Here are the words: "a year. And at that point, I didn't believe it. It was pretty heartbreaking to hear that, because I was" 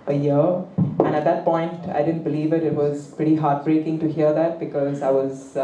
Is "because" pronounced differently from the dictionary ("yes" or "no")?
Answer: no